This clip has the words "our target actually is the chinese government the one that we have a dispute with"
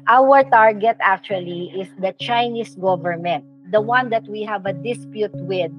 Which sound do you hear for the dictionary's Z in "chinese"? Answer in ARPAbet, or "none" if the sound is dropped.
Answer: S